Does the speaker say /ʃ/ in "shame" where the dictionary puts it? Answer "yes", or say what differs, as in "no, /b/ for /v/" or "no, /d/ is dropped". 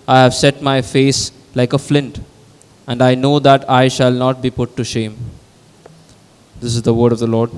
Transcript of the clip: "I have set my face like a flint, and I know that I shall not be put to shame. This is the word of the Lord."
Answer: yes